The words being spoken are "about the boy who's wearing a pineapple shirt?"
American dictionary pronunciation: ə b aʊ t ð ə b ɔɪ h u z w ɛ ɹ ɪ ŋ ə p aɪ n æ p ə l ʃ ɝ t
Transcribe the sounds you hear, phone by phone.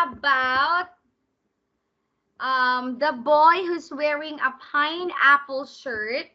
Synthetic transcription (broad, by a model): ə b aʊ t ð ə b ɔɪ h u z w ɛ ɹ ɪ ŋ ə p aɪ n æ p ə l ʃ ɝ t